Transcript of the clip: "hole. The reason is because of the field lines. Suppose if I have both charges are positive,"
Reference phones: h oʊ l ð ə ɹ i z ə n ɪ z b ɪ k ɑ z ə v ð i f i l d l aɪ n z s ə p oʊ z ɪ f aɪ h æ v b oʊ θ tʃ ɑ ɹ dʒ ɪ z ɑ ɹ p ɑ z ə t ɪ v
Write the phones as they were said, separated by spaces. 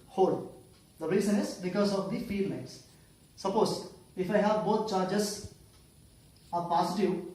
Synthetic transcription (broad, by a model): h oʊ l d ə ɹ i z ə n ɪ z b ɪ k ɑ z ə v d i f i d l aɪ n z s ə p oʊ z ɪ f aɪ h æ v b oʊ t tʃ ɑ ɹ dʒ ɪ z ɑ ɹ p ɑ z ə t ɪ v